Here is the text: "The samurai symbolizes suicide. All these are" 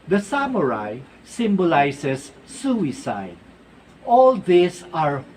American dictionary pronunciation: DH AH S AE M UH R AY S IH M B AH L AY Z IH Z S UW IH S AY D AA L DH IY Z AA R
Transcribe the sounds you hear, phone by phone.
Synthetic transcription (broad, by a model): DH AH S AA M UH R AY S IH M B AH L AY S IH S UW IH S AY D AA L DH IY S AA R